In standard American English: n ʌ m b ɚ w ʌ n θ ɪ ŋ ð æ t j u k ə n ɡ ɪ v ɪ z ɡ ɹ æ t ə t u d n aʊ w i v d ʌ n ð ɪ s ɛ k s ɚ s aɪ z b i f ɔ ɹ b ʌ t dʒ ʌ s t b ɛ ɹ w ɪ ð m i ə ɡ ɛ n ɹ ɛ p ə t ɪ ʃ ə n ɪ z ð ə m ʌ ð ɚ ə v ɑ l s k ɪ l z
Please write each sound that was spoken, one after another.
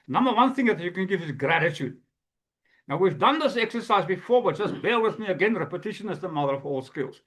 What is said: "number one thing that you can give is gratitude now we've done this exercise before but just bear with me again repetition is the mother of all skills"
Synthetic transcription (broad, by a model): n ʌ m b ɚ w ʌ n θ ɪ ŋ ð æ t j u k ə n ɡ ɪ v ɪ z ɡ ɹ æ t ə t u d n aʊ w i v d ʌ n ð ɪ s ɛ k s ɚ s aɪ z b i f ɔ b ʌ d dʒ ʌ s t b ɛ l w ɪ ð m i ə ɡ ɛ n ɹ ɛ p ə t ɪ ʃ ə n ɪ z ð ə m ʌ ð ɚ ə v ɑ l s k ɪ l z